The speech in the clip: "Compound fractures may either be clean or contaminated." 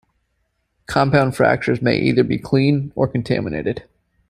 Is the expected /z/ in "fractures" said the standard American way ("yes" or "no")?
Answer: yes